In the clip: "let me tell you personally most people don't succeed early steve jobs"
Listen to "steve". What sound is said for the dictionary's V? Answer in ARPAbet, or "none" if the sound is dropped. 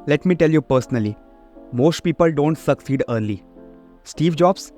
V